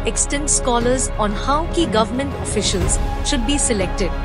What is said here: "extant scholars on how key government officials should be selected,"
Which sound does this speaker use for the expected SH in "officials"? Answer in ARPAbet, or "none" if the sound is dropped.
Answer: SH